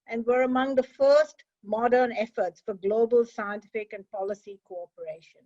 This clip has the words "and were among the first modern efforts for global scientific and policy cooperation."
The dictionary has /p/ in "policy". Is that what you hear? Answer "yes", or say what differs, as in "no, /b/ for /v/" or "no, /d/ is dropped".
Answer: yes